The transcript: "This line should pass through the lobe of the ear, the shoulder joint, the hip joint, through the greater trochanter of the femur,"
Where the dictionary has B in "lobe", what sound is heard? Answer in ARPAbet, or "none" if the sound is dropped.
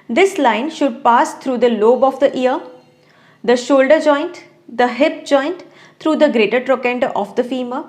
B